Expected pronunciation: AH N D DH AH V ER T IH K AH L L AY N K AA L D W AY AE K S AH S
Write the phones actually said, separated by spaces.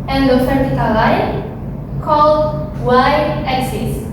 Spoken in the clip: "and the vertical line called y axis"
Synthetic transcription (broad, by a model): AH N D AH F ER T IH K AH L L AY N K AA L D W AY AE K S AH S